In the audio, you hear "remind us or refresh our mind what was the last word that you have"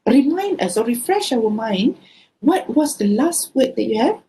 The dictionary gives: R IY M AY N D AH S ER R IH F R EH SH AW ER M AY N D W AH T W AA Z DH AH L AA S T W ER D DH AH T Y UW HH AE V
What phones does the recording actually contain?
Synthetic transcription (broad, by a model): R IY M AY N D AH S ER R IH F R EH SH AW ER M AY N D W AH T W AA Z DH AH L AA S T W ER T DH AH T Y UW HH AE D